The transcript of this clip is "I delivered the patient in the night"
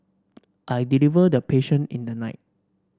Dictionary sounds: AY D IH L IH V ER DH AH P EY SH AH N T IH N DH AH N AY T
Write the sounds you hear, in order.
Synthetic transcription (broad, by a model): AY D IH L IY V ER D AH P EY SH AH N IH N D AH N AY T